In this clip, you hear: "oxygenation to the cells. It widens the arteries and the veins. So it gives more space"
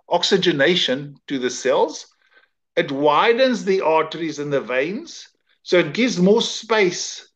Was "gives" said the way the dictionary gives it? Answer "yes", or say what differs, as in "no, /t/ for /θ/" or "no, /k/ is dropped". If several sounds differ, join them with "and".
yes